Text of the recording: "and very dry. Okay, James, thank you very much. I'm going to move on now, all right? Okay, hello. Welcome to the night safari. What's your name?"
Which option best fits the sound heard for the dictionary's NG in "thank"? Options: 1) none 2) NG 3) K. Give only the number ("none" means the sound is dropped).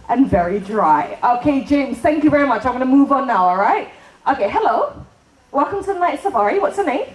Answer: 2